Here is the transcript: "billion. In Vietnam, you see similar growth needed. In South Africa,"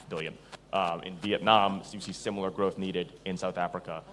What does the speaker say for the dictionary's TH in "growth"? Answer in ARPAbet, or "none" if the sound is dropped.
TH